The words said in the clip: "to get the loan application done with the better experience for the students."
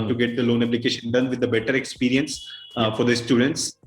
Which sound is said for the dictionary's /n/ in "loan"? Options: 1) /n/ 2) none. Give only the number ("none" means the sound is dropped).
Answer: 1